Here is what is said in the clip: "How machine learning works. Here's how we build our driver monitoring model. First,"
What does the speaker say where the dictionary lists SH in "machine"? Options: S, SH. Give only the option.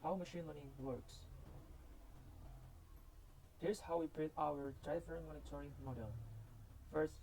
SH